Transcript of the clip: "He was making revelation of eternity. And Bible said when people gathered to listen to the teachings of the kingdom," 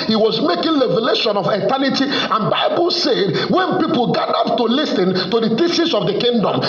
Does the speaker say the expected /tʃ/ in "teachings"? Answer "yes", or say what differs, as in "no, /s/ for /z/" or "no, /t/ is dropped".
no, /s/ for /tʃ/